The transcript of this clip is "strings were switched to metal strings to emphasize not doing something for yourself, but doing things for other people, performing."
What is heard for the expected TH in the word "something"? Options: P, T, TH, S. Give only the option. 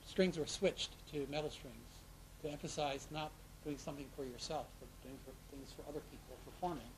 TH